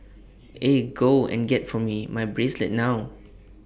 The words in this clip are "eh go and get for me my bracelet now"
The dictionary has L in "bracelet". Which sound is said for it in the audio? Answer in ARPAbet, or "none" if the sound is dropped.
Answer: L